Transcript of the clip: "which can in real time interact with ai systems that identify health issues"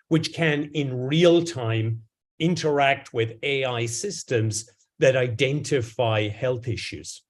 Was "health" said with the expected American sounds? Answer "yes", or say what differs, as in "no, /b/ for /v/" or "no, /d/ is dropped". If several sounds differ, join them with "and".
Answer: yes